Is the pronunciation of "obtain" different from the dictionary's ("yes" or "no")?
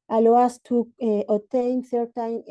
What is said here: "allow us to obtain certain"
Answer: yes